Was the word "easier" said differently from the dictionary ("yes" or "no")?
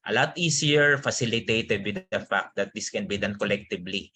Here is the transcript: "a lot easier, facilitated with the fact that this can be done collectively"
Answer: yes